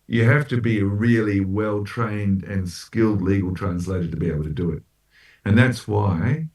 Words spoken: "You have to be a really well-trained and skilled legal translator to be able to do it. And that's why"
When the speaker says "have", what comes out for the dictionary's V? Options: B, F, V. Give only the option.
F